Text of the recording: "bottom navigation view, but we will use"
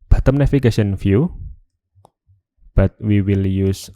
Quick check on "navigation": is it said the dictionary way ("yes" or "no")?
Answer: no